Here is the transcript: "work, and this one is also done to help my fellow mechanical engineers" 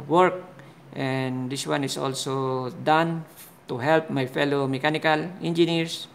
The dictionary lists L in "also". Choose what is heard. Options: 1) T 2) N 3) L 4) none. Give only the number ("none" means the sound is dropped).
3